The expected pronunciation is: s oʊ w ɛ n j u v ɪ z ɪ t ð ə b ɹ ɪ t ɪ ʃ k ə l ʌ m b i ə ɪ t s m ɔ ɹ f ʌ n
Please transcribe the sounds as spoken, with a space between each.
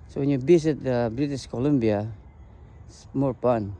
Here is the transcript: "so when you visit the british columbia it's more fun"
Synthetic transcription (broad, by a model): s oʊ w ɛ n j u b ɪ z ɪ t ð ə b ɹ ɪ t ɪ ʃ k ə l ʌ m b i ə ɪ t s m ɔ ɹ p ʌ n